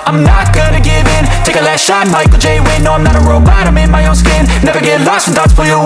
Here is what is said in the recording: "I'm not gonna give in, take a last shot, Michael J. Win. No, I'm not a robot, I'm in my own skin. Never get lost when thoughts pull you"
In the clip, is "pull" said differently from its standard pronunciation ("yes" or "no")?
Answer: yes